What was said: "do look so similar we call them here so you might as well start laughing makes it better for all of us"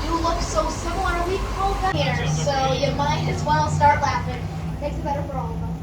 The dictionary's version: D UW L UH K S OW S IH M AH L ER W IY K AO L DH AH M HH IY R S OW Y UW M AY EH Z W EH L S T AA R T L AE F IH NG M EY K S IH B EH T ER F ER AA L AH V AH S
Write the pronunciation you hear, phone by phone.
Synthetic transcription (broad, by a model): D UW L UH K S OW S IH M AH N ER W IY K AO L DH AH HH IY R S OW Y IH M AY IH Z W EH L S T AA R T L AE F IH NG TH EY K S IH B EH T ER F ER AA L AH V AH